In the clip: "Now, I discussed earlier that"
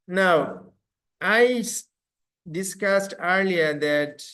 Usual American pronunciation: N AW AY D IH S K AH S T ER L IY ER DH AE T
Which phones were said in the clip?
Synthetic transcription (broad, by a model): N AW AY D IH S K AH S T ER L IY ER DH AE T